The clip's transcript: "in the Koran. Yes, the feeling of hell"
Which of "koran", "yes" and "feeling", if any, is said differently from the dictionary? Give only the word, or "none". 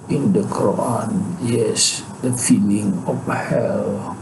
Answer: koran